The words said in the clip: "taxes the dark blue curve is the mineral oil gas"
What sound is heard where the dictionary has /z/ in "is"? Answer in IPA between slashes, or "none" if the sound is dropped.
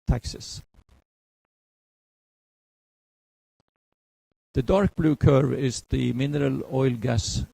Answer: /s/